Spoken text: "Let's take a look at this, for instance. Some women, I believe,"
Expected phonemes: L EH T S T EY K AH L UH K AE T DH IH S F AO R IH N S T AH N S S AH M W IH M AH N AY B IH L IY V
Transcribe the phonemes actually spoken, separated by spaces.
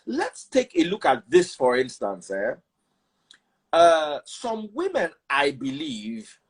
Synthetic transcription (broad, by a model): L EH T S T EY K AH L UH K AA T DH IH S F AO R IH N S T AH N S S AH M W IH M AH N AY B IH L IY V